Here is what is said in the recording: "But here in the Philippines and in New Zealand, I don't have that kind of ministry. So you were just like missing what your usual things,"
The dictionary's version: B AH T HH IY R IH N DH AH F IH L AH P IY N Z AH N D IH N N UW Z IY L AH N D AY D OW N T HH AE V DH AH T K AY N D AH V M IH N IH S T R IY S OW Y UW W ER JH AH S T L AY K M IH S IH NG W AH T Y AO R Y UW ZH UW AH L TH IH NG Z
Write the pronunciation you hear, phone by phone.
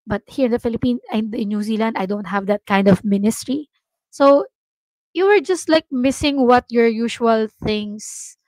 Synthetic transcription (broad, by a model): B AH T HH IY R IH N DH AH F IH L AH P IY N AH N D IH N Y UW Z IY L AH N D AY D OW N T HH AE V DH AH T K AY N D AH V M IH N IH S T R IY S OW Y UW W ER JH AH S T L AY K M IH S IH NG W AH T Y AO R Y UW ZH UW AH L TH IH NG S